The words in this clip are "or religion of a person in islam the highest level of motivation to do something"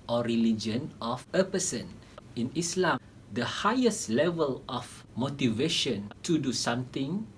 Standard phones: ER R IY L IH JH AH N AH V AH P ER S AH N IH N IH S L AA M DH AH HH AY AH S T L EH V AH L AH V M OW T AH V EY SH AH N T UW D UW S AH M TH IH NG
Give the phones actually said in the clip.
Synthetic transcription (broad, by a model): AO R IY L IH JH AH N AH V AH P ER S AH N IH N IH S L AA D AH HH AY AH S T L EH V AH L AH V M OW T AH V EY SH AH N T UW D UW S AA M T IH NG